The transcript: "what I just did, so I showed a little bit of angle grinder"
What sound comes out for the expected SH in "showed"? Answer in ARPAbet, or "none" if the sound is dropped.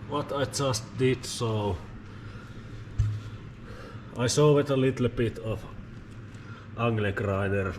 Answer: S